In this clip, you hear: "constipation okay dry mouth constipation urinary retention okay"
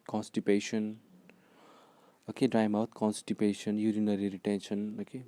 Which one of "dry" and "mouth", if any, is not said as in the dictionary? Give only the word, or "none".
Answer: mouth